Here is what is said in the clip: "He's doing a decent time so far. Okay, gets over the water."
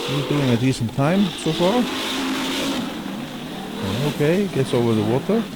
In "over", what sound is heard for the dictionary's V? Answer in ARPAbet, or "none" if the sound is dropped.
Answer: V